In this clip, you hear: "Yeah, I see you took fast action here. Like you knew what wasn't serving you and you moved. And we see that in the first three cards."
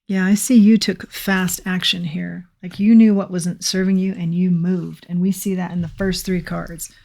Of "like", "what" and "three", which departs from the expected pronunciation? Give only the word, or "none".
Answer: none